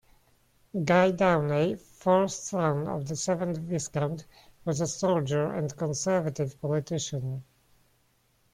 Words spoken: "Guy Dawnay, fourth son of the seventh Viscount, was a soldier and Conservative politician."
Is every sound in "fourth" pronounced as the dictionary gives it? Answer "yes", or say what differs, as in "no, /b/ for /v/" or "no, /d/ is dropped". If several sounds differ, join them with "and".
no, /s/ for /θ/